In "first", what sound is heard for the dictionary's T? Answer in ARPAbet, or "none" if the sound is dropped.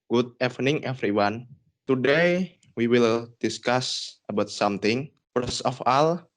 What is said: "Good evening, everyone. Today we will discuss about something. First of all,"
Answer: none